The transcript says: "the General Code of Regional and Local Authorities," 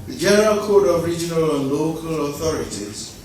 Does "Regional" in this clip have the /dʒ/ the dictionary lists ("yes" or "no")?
yes